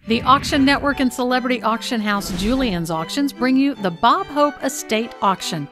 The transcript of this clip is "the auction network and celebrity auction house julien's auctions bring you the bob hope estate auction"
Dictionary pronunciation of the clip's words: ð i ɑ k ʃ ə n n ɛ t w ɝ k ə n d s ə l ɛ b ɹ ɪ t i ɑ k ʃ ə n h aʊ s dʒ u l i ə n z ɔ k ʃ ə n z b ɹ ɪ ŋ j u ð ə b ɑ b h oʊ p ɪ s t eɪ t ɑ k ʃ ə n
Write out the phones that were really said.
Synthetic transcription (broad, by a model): ð i ɑ k ʃ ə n n ɛ t w ɝ k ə n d s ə l ɛ b ɹ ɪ t i ɑ k ʃ ə n h aʊ s dʒ u l i ə n z ɔ k ʃ ə n z b ɹ ɪ ŋ j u ð ə b ɑ b h oʊ p ɪ s t eɪ t ɑ k ʃ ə n